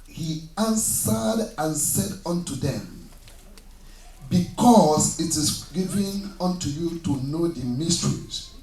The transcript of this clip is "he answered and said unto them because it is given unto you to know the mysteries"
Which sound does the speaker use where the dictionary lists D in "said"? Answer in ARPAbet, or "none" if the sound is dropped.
D